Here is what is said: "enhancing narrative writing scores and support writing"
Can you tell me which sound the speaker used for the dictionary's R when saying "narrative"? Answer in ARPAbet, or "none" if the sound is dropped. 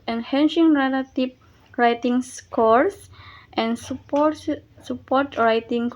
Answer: L